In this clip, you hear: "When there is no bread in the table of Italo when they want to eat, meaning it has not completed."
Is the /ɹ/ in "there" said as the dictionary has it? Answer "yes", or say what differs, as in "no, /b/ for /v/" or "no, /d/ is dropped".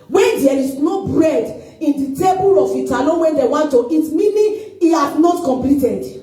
no, /l/ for /ɹ/